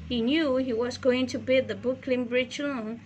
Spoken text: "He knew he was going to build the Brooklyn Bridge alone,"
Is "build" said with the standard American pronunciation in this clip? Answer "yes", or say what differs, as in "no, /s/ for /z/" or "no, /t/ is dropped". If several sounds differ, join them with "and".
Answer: no, /l/ is dropped